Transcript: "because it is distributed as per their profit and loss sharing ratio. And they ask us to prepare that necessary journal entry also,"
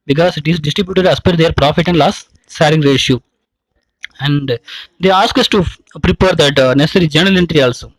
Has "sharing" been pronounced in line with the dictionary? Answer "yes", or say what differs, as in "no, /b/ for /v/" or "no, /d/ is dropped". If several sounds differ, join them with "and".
no, /s/ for /ʃ/